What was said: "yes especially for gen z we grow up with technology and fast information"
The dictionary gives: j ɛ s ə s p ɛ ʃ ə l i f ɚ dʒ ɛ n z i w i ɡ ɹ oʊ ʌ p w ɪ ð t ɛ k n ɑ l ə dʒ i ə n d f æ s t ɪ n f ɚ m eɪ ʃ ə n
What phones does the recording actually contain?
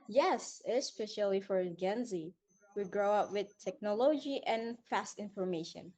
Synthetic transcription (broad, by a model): j ɛ s ə s p ɛ ʃ ə l i f ɚ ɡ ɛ n z i w i ɡ ɹ oʊ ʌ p w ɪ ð t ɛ k n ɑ l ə dʒ i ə n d f æ s t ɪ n f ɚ m eɪ ʃ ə n